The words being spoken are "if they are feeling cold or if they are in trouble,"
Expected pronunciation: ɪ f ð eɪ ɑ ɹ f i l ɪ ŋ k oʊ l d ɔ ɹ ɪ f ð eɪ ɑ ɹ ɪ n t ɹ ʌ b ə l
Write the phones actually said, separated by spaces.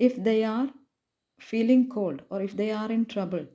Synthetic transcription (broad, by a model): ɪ f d eɪ ɑ ɹ f i l ɪ ŋ k oʊ l d ɔ ɹ ɪ f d eɪ ɑ ɹ ɪ n t ɹ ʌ b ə l